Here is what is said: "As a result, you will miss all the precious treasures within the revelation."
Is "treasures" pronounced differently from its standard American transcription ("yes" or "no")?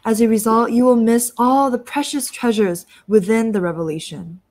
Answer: no